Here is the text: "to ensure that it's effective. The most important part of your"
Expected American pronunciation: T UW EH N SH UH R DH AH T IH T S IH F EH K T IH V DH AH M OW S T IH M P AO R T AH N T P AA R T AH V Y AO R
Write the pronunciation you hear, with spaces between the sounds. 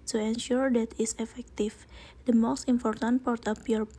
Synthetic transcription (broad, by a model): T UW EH N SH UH R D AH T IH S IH F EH K T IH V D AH M OW S T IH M P AO R T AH N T P AA R T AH P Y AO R